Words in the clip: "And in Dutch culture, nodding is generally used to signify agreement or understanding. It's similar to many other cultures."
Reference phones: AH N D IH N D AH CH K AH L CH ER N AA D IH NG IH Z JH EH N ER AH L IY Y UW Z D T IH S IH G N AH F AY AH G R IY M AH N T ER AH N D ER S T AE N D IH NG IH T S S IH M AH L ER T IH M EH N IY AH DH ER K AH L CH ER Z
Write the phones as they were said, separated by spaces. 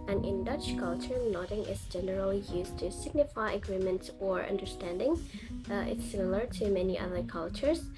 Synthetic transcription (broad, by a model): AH N IH N D AH CH K AH L CH ER N AA D IH NG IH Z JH EH N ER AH L IY Y UW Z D T IH S IH G N AH F AY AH G R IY M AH N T ER AH N D ER S T AE N D IH NG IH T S S IH M AH L ER T IH M EH N IY AH DH ER K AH L CH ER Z